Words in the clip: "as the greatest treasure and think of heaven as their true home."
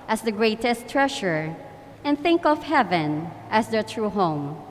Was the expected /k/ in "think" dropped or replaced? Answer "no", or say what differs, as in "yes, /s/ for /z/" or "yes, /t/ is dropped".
no